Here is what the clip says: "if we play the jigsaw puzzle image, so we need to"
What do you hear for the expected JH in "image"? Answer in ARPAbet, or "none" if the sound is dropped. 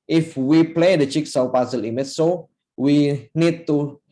CH